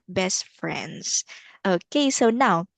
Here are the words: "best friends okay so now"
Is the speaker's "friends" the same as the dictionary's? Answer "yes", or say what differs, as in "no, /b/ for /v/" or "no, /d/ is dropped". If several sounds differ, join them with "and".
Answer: yes